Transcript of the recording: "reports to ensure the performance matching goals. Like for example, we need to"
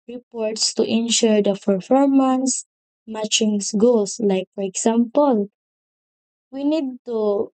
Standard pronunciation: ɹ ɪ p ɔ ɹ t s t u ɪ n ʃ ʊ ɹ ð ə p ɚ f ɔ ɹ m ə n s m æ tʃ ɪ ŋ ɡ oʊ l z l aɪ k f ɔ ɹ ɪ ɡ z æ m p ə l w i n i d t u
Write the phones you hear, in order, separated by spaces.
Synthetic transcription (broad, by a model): ɹ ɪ p ɔ ɹ t s t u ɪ n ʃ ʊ ɹ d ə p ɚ f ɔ ɹ m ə n s m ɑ tʃ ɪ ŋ ɡ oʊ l s l aɪ k f ɔ ɹ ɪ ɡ s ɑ m p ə l w i n i d t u